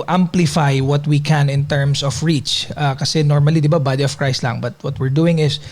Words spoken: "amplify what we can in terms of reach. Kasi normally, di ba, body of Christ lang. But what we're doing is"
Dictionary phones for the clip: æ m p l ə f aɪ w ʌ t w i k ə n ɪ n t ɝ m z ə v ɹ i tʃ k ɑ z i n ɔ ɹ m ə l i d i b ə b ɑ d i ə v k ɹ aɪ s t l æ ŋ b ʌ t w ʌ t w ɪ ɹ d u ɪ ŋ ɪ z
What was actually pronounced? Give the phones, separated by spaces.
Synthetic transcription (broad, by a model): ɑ m p l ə f aɪ w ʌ t w i k ə n ɪ n t ɝ m s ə f ɹ i tʃ k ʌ s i n ɔ ɹ m ə l i d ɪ b ə b ɑ d i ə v k ɹ aɪ s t l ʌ ŋ b ʌ t w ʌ t w ɪ ɹ d u ɪ ŋ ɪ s